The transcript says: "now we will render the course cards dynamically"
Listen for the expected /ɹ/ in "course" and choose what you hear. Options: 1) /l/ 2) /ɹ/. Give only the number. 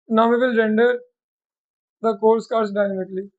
1